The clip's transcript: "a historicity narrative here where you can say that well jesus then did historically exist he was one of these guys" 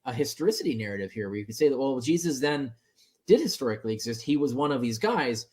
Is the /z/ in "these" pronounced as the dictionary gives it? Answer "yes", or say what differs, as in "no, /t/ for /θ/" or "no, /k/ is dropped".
yes